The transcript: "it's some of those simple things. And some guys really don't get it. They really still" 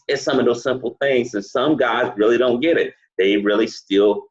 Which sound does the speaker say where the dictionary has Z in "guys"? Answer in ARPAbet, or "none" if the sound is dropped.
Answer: Z